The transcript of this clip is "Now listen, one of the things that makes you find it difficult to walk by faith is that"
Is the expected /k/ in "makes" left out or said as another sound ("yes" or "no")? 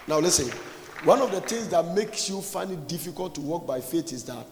no